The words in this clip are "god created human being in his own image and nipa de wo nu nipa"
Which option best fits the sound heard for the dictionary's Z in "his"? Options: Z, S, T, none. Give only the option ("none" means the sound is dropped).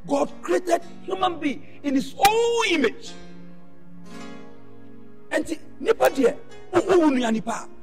S